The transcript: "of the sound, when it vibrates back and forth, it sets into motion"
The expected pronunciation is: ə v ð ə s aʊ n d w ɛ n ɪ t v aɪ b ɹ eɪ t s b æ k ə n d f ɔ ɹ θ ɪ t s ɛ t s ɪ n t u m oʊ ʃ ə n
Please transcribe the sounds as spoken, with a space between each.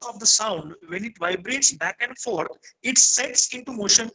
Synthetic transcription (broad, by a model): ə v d ə s aʊ n d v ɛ n ɪ t v aɪ b ɹ eɪ t s b æ k ə n d f ɔ ɹ t ɪ t s ɛ t s ɪ n t u m oʊ ʃ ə n